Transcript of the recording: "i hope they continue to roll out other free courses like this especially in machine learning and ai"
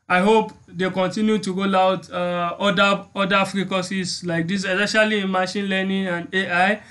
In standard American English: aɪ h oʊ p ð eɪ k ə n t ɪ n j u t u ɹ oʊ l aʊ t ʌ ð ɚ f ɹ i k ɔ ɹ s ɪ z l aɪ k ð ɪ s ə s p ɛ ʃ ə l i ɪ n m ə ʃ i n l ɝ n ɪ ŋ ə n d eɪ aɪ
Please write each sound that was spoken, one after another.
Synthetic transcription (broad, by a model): aɪ h oʊ p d eɪ k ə n t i n j u t u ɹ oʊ l aʊ t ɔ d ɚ f ɹ i k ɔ s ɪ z l aɪ k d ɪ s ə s ɛ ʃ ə l i ɪ n m ə ʃ i n l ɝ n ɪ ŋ ə n d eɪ aɪ